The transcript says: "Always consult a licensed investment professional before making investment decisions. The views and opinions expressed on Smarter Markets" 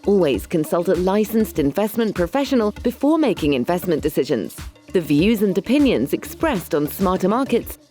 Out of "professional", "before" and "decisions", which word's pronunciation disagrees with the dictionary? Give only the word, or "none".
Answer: none